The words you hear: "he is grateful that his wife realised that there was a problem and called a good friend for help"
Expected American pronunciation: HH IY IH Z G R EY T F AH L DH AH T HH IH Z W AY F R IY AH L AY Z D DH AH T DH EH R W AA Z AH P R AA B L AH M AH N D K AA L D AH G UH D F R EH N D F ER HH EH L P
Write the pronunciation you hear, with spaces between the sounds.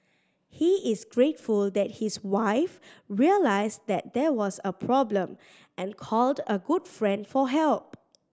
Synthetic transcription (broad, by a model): HH IY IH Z G R EY T F AH L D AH T HH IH S W AY F R IY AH L AY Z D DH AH T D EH W AA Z AH P R AA B L AH M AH N K AA L D AH G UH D F R EH N D F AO HH EH L P